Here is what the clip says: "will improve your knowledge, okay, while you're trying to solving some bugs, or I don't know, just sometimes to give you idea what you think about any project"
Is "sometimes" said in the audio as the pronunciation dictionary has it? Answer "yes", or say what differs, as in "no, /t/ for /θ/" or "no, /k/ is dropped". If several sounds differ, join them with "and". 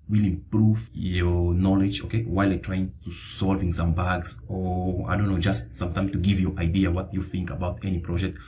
no, /z/ is dropped